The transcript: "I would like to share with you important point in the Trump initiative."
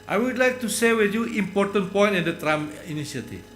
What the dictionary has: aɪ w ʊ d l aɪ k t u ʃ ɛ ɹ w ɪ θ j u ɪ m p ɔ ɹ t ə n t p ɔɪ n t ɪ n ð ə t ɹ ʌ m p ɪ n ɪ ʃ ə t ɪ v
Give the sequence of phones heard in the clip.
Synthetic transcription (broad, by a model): aɪ w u d l aɪ k t u s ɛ w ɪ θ j u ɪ m p ɔ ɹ t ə n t p ɔɪ n t ɪ n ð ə t ɹ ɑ m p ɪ n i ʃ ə t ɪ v